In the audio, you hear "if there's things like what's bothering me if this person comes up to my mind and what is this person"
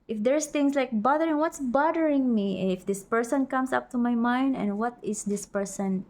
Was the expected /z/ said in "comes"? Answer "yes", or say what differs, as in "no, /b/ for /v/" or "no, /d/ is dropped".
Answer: no, /s/ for /z/